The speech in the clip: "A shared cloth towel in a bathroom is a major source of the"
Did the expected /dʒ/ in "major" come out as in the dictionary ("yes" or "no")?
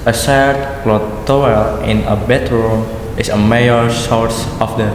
no